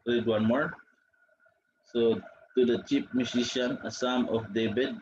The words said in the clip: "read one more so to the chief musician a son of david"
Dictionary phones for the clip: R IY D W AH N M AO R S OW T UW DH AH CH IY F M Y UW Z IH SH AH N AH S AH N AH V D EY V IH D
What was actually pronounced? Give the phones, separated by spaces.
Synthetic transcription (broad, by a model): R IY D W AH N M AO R S OW T UW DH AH CH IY P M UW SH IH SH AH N AH S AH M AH F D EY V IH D